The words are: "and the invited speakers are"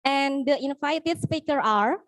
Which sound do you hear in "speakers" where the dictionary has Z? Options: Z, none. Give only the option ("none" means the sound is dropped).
none